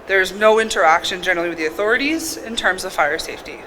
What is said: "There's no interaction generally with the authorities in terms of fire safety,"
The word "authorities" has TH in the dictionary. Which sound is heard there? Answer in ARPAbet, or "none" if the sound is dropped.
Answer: TH